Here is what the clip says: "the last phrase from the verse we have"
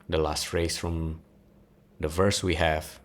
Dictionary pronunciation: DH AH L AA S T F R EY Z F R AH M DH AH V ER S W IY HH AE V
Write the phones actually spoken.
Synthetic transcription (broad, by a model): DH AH L AA S T F R EY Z F R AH M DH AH V ER S W IY HH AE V